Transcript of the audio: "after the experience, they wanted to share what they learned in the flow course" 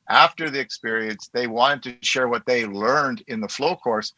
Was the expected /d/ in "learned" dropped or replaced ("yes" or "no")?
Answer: no